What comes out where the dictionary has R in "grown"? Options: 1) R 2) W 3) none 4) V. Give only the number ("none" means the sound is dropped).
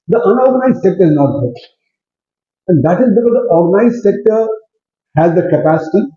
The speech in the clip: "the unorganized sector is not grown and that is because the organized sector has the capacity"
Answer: 3